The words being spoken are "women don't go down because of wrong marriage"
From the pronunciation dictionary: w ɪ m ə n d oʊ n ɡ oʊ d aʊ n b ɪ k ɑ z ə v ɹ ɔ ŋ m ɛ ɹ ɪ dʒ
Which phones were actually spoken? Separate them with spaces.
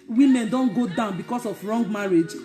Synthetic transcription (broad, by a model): w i m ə n d oʊ n ɡ oʊ d aʊ n b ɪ k ɑ s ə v ɹ ɔ ŋ m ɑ ɹ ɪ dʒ